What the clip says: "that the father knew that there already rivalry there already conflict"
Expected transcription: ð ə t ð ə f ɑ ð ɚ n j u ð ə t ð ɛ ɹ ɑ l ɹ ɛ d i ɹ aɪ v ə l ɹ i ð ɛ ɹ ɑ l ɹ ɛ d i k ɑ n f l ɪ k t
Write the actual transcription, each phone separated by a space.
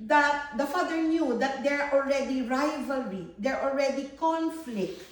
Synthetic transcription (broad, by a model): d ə t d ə f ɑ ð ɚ n j u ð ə t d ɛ ɹ ɑ l ɹ ɛ d i ɹ aɪ v ə l ɹ i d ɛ ɹ ɑ l ɹ ɛ d i k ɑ n f l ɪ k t